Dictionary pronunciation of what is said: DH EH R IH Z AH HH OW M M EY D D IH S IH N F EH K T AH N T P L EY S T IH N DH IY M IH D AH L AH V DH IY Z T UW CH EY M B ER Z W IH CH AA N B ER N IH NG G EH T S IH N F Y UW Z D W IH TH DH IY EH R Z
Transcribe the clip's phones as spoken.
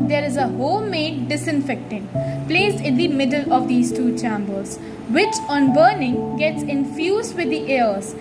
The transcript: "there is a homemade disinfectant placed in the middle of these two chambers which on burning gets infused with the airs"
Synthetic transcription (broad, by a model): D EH R IH Z AH HH OW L M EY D D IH S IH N F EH K T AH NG P L EY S IH N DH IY M IH D AH L AH V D IY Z T UW CH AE M B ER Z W IH CH AA N B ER N IH NG G EH T S IH N F Y UW Z D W IH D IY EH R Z